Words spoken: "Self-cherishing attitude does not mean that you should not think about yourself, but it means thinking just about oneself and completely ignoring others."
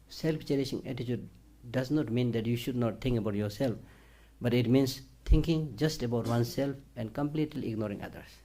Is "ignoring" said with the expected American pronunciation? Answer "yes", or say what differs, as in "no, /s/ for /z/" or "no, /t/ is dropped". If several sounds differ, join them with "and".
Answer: yes